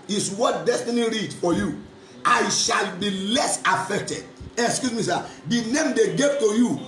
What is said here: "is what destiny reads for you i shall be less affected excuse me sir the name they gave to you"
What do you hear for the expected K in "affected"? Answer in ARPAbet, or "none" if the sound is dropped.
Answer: K